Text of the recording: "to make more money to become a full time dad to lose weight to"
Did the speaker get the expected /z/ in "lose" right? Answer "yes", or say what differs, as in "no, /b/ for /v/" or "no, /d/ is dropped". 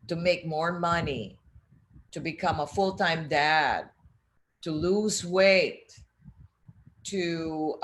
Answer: yes